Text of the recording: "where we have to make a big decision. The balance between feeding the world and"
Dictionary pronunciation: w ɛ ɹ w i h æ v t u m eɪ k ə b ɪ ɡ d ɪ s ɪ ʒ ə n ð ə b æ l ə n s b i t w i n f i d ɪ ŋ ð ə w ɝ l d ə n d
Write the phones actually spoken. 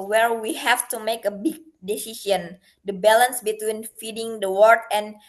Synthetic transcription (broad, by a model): w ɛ ɹ w i h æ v t u m eɪ k ə b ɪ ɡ d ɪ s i s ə n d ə b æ l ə n s b i t w i n f i d ɪ ŋ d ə w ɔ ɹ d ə n